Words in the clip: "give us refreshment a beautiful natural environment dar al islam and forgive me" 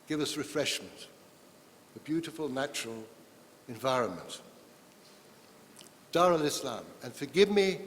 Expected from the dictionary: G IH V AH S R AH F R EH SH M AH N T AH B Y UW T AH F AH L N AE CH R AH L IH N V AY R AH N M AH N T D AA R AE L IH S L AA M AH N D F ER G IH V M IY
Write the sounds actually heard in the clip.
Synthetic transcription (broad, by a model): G IH V AH S R AH F R EH SH M AH N T AH B Y UW T AH F AH L N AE CH R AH L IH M V AY R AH N M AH N T D AA R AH L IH S L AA M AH N F ER G IH V M IY